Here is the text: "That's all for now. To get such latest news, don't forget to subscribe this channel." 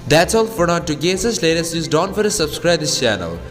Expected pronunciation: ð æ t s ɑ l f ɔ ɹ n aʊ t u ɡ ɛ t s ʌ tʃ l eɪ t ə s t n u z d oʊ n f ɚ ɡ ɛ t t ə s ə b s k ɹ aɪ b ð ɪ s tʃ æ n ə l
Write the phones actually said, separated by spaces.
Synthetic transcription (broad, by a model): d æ t s ɑ l f ɔ ɹ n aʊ t u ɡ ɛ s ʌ s l eɪ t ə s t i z d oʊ n f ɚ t t ə s ə b s k ɹ aɪ b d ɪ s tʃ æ n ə l